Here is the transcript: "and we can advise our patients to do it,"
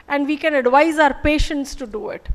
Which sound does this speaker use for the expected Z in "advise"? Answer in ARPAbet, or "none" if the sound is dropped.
Z